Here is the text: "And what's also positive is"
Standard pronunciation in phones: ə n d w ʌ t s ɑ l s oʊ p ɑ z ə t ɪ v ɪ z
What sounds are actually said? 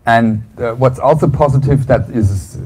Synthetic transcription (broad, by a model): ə n w ʌ t s ɑ l s oʊ p ɑ z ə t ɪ v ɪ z